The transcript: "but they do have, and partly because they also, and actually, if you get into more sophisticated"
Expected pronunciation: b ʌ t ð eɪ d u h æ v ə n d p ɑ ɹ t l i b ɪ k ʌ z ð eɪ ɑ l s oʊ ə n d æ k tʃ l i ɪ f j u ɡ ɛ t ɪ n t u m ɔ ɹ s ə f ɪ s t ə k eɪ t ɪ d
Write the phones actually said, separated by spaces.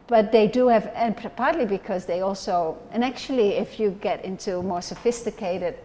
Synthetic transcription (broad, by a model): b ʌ t ð eɪ d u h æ v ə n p p ɑ ɹ t l i b ɪ k ʌ z ð eɪ ɑ l s oʊ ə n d æ k tʃ l i ɪ f j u ɡ ɛ t ɪ n t u m ɔ ɹ s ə f ɪ s t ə k eɪ t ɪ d